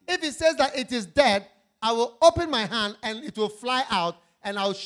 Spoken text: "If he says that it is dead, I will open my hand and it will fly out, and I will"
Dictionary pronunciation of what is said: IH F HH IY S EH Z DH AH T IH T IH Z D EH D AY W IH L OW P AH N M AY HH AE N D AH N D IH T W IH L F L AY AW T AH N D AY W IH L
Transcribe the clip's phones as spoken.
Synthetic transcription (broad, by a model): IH F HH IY S EH Z DH AH T IH T IH Z D EH D AY W IH L OW P AH N M AY HH AE N D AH N IH T W IH L F L AY AW T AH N AY W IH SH